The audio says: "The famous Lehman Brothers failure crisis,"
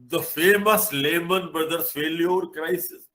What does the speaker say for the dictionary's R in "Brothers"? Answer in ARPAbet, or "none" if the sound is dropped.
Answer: none